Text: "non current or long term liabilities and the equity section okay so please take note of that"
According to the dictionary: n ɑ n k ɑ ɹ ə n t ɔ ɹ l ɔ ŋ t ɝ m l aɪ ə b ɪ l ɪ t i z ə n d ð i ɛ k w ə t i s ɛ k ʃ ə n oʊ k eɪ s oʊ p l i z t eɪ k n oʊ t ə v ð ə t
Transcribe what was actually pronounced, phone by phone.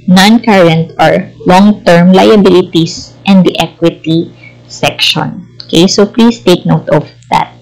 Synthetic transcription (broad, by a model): n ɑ n k ɑ ɹ ə n t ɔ ɹ l ɔ ŋ t ɝ m l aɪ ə b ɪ l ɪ t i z ə n d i ɛ k w ə t i s ɛ k ʃ ə n oʊ k eɪ s oʊ p l i s t eɪ k n oʊ t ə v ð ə t